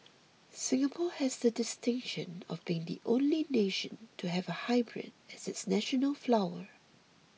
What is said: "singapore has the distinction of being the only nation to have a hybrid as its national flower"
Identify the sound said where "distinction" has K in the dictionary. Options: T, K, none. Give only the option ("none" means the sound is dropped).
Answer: K